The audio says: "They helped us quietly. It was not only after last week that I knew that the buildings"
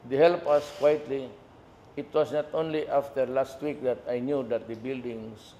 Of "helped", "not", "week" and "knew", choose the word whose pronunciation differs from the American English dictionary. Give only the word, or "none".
helped